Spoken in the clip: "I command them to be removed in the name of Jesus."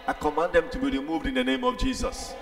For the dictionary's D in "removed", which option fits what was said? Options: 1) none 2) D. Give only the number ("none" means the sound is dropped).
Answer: 2